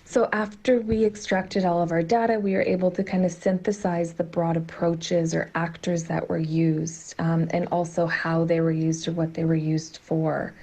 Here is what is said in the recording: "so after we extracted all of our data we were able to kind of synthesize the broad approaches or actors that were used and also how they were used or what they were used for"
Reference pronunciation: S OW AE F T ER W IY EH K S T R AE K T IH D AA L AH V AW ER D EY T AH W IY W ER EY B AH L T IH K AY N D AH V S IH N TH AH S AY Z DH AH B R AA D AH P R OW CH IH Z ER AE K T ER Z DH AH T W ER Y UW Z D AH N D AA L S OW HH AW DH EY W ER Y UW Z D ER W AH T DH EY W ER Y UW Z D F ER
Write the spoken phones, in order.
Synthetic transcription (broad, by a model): S OW AE F T ER W IY EH K S T R AE K T IH D AA L AH V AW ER D EY T AH W IY W ER EY B L T IH K AY N D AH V S IH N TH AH S AY Z DH AH B R AA D AH P R OW CH IH Z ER AE K T ER Z DH AH T W ER Y UW Z D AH N AA L S OW HH AW DH EY W ER Y UW Z D ER W AH T DH EY W ER Y UW Z D F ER